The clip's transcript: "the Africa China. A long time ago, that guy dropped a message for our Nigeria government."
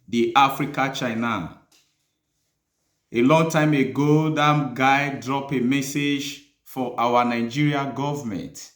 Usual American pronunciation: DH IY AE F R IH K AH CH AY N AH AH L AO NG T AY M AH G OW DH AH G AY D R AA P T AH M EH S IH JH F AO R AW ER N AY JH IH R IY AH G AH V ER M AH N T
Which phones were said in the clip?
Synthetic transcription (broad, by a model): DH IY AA F R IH K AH CH AY N AH AH L AO NG T AY M AH G OW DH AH G AY D R AA P AH M EH S IH JH F AO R AW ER N AY JH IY R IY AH G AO V M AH N T